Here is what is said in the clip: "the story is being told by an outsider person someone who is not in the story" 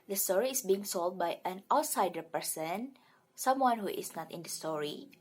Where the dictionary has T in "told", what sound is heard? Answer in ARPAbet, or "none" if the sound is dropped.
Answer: S